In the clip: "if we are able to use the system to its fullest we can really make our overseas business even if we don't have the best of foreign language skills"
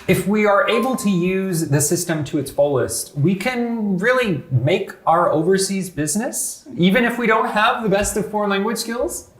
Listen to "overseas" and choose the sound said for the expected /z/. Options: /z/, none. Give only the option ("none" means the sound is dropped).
/z/